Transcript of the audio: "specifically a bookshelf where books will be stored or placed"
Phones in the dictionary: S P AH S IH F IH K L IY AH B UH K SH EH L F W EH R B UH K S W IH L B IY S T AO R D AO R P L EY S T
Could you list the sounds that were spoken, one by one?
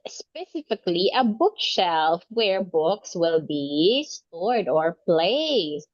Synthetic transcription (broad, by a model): S P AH S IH F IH K L IY AH B UH K SH EH L F W EH R B UH K S W IH L B IY S T AO R D AO R P L EY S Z